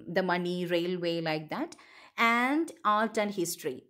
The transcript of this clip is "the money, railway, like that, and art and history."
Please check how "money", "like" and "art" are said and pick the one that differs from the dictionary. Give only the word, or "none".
art